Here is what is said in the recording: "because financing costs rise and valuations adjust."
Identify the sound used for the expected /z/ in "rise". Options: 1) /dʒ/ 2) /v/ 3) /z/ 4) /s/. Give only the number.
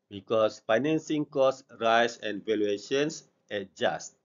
4